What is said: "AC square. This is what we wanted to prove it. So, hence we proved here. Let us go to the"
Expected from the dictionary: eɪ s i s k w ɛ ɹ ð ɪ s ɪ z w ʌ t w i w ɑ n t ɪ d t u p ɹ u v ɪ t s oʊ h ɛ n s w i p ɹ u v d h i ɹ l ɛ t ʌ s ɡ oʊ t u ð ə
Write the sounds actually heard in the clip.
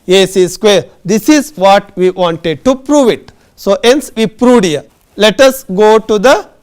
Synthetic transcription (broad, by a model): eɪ s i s k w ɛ ɹ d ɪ s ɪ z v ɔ t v i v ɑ n t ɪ d t u p ɹ u v ɪ t s oʊ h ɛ n s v i p ɹ u d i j l ɛ t ʌ s ɡ oʊ t u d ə